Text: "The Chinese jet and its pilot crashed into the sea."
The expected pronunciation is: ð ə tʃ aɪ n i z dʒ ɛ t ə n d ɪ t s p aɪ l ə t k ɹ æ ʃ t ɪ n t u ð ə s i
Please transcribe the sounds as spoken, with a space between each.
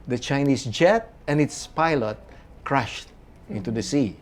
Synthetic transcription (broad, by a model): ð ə tʃ aɪ n i s dʒ ɛ t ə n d ɪ t s p aɪ l ə t k ɹ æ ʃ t ɪ n t u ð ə s i